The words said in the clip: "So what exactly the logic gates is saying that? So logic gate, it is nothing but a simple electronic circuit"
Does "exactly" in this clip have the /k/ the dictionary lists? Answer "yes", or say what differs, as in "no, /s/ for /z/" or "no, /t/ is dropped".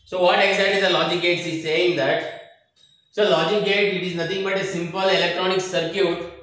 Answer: no, /k/ is dropped